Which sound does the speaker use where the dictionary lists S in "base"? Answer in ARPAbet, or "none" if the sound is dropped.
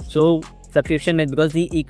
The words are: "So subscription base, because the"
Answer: none